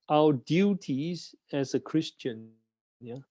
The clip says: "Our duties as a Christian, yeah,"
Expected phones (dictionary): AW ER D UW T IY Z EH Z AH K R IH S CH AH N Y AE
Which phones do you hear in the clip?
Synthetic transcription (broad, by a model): AW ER D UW T IY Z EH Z AH K R IH S CH AH N Y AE